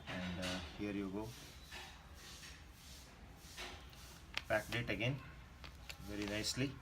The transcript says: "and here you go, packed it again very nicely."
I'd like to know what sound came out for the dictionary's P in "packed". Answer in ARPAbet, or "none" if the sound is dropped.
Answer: B